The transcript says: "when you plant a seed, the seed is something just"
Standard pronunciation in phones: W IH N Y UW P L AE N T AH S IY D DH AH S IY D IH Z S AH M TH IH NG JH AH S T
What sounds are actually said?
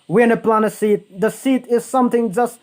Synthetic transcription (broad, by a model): W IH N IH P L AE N AH S IY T DH AH S IY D IH Z S AH M TH IH NG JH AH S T